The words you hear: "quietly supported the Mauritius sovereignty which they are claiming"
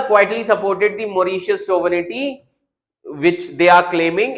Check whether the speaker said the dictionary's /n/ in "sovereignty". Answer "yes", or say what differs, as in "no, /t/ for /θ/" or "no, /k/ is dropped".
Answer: no, /n/ is dropped